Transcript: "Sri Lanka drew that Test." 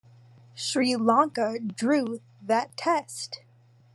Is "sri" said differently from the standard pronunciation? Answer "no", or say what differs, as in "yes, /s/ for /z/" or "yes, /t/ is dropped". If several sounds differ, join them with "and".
no